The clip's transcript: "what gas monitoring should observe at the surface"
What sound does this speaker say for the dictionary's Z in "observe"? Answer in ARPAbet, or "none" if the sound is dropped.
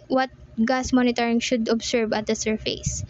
S